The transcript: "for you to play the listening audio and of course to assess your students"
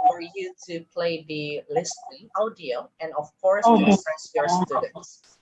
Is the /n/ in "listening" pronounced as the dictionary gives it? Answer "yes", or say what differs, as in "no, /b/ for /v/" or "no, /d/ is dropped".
no, /n/ is dropped